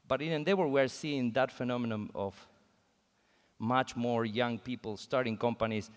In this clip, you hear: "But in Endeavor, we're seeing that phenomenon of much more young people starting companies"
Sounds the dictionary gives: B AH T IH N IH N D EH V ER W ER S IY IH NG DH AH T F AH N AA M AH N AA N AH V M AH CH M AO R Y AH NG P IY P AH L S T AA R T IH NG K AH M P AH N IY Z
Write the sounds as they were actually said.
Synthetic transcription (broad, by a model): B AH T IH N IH N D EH W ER W ER S IY IH NG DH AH T F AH N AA M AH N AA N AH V M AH CH M AO R Y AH NG P IY P AH L S T AA R T IH NG K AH M P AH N IY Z